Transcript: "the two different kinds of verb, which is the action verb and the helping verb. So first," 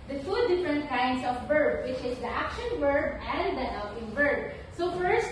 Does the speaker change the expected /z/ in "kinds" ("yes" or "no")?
yes